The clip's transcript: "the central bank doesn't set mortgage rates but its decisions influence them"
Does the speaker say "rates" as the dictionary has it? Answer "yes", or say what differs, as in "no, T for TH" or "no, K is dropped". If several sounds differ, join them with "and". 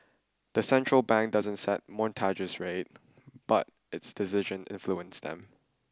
no, S is dropped